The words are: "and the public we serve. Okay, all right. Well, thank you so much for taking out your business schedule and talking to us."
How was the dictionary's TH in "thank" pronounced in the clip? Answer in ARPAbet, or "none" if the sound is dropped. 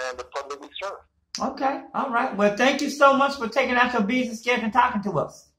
TH